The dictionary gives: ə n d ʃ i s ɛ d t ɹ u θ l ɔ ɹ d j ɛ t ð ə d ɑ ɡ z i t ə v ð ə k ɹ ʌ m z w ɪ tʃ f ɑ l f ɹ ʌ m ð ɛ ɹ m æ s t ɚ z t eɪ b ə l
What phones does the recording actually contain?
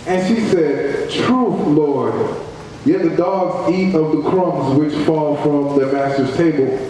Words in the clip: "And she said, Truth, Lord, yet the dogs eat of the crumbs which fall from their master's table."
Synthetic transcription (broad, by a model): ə n ʃ i s ɛ d t ɹ u θ l ɔ ɹ d j ɛ t ð ə d ɑ ɡ z i t ə v ð ə k ɹ ʌ m z w ɪ tʃ f ɑ l f ɹ ʌ m ð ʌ m æ s t ɚ z t eɪ b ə l